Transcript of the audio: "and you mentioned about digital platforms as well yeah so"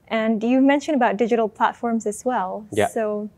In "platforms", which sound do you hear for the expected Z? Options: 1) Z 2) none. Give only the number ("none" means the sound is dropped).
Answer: 1